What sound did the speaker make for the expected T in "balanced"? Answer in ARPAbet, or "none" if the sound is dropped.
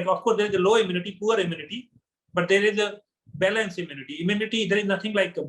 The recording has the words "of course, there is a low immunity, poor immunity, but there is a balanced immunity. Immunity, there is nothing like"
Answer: none